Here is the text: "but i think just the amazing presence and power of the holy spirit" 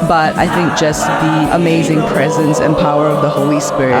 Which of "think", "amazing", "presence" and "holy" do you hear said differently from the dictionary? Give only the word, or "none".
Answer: none